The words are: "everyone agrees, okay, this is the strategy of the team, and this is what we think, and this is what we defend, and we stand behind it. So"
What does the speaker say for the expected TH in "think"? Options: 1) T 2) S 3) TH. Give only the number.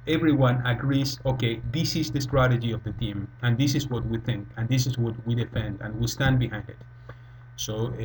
3